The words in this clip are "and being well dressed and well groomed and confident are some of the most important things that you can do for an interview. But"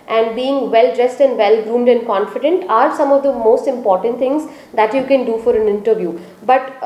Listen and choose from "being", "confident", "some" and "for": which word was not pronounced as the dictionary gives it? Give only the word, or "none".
none